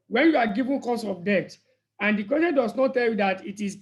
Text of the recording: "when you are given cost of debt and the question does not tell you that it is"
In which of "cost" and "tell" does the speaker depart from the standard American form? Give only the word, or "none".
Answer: cost